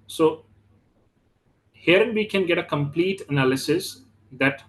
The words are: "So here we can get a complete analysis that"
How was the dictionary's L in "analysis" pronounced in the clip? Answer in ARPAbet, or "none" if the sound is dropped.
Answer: L